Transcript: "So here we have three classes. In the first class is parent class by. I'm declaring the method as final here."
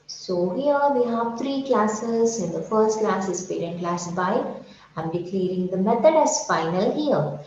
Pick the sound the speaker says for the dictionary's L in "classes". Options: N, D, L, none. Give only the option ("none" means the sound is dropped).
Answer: L